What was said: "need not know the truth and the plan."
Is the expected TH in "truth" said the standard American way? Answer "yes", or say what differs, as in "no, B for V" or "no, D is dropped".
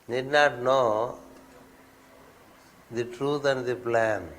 no, T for TH